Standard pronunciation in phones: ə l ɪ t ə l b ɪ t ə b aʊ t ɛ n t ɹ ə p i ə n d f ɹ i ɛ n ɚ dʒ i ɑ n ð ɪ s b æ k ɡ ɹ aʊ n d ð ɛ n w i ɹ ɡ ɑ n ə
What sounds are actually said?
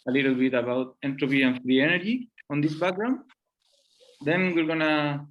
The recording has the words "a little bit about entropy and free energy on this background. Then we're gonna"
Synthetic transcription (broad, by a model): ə l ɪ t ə l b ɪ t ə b aʊ t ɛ n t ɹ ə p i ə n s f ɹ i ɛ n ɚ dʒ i ɑ n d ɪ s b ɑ ɡ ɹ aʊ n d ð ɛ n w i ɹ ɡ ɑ n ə